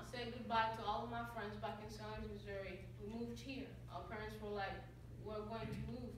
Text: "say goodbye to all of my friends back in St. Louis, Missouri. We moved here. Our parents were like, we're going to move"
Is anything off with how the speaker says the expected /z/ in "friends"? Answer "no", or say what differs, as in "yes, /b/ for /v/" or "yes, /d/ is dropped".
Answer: no